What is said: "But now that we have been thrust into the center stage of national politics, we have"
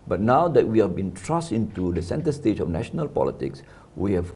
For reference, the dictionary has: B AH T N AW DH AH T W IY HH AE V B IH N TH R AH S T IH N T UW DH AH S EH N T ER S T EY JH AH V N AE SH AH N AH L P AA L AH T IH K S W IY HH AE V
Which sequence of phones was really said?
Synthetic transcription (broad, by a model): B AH T N AW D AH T W IY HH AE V B IH N T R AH S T IH N T UW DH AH S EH N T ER S T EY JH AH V N AE SH AH N AH L P AA L AH T IH K S W IY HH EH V